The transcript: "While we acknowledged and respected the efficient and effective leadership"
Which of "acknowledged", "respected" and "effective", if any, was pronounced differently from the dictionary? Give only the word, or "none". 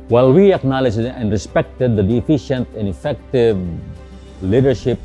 none